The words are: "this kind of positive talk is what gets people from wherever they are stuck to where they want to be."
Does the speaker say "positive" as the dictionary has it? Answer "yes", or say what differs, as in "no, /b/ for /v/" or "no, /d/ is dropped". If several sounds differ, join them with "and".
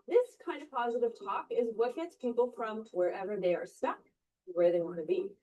yes